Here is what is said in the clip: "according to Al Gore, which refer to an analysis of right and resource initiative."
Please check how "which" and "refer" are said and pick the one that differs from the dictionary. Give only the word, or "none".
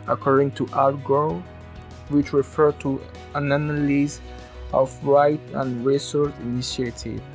none